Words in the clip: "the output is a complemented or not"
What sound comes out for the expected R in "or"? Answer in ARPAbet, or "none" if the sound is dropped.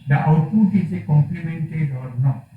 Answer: L